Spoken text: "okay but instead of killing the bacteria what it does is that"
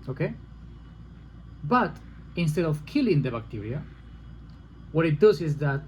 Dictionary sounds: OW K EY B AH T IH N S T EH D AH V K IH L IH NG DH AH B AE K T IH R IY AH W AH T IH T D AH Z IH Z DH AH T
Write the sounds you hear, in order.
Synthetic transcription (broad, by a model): OW K EY B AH T IH N S T EH D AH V K IH L IH NG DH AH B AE K T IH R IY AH W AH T IH T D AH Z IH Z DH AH T